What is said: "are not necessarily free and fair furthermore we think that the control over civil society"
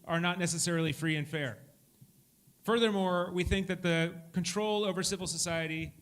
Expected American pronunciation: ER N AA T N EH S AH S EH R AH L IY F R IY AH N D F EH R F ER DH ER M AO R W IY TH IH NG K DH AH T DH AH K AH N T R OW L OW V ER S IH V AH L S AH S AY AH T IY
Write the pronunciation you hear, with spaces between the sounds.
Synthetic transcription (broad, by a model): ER N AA T N EH S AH S EH R L IY F R IY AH N F EH R F ER DH ER M AO R W IY TH IH NG K DH AH T DH AH K AH N T R OW L OW V ER S IH V L S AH S AY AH T IY